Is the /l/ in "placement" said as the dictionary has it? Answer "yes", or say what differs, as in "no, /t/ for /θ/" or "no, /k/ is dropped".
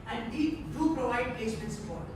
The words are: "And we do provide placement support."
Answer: no, /l/ is dropped